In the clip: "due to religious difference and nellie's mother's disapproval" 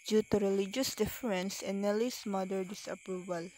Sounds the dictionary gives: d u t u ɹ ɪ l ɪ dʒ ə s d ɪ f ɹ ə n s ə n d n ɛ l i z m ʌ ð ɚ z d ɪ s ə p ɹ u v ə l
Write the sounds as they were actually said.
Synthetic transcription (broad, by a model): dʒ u t u ɹ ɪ l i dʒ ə s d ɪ f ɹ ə n s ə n n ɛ l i s m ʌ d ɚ d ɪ s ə p ɹ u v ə l